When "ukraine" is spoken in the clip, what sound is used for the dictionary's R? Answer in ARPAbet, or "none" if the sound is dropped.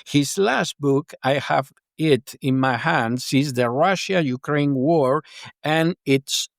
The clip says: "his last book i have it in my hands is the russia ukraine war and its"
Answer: R